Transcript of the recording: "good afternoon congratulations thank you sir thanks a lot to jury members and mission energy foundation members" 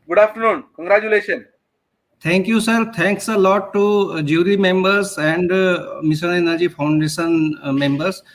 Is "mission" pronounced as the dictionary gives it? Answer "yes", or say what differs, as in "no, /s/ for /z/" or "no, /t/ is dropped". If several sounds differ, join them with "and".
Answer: no, /s/ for /ʃ/